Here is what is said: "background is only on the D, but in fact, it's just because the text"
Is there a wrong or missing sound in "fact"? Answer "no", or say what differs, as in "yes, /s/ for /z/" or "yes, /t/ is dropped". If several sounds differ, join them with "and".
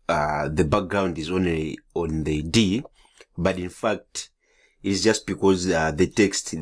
no